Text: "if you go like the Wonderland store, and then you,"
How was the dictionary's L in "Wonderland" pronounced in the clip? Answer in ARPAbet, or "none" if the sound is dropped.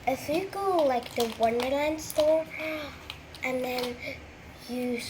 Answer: L